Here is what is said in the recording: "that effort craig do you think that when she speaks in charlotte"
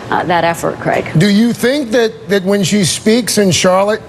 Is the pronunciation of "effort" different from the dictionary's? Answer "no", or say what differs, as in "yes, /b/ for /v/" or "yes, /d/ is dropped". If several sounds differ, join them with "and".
no